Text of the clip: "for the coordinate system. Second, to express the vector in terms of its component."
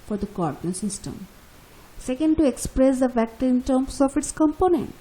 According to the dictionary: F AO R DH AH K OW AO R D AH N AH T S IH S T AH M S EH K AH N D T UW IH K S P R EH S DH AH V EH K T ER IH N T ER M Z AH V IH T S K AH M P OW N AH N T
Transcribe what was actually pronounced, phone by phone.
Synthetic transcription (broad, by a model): F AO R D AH K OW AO R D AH N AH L S IH S T AH M S EH K AH N D T UW IH K S P R EH S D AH F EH K T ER IH N T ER M S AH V IH T S K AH M P OW N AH N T